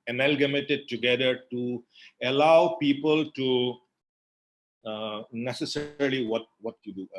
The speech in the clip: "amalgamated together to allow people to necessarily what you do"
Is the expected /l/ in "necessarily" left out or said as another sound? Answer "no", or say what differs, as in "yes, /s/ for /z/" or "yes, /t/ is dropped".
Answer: yes, /w/ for /l/